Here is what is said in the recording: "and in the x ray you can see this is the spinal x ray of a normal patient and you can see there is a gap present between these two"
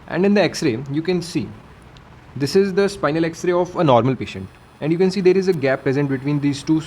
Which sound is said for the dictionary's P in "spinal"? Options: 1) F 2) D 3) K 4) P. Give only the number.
4